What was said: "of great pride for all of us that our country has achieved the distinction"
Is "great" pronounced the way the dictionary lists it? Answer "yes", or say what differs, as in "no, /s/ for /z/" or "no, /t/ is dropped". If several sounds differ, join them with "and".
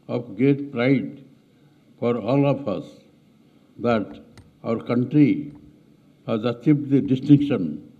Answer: no, /ɹ/ is dropped